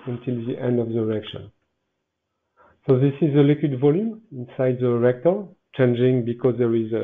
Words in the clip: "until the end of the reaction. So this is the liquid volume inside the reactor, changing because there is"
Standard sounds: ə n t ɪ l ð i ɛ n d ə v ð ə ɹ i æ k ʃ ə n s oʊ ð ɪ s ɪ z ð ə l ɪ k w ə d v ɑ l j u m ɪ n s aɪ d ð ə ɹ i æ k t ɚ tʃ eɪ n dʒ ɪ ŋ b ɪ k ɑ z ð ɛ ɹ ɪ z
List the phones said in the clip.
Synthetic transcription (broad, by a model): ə n t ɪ l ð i ɛ n d ə v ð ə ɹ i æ k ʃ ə n s oʊ ð ɪ s ɪ z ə l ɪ k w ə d v ɑ l j u m ɪ n s aɪ d ð ə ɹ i k t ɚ tʃ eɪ n dʒ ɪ ŋ b ɪ k ɑ z ð ɛ ɹ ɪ z